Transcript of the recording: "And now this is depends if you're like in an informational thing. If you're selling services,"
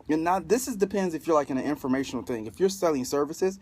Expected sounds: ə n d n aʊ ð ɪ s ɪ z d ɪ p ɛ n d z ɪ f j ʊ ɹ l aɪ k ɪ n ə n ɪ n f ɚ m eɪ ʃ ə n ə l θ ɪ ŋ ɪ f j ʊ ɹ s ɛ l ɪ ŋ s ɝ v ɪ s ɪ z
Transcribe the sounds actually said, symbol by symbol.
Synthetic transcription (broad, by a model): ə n n aʊ ð ɪ s ɪ z d ɪ p ɛ n d z ɪ f j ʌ ɹ l aɪ k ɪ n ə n ɪ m f ɚ m eɪ ʃ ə n l θ ɪ ŋ ɪ f j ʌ ɹ s ɛ l ɪ ŋ s ɝ v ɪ s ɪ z